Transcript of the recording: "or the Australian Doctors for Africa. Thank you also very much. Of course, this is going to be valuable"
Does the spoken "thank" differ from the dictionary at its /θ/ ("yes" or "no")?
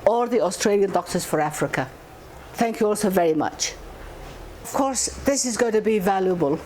no